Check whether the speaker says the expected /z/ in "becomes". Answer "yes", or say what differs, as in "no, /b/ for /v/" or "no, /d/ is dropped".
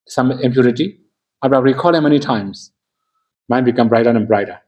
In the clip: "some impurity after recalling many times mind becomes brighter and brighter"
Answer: no, /z/ is dropped